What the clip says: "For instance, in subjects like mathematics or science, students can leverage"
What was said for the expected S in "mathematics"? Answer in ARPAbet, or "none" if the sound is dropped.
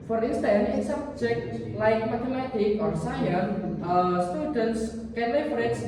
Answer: none